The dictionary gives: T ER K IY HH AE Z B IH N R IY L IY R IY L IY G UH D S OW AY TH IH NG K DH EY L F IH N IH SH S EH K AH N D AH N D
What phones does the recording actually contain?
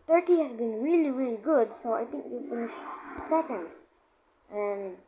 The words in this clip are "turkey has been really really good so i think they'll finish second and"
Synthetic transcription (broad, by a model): T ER K IY HH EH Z B IH N R IY L IY R IY L IY G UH D S OW AY T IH NG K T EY F IH N IH SH S EH K AH N D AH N